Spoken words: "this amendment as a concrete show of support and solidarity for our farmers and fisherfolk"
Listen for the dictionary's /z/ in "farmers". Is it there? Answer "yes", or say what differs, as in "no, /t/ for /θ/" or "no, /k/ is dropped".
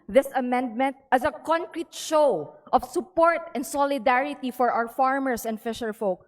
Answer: no, /s/ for /z/